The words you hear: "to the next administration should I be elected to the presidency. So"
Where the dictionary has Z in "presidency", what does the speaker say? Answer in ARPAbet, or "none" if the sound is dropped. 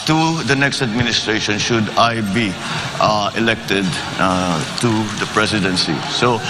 S